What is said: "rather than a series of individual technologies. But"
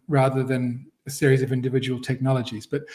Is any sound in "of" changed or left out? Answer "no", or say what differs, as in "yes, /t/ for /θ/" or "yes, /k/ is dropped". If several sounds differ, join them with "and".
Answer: no